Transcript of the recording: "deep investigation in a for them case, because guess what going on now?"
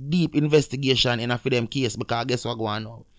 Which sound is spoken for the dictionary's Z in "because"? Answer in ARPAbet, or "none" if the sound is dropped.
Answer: none